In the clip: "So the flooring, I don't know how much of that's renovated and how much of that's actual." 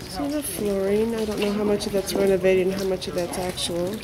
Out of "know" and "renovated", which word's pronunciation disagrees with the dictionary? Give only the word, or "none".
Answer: renovated